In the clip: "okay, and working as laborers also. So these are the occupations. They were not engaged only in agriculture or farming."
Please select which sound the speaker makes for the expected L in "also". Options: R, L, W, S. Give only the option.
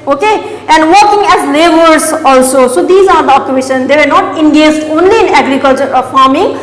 L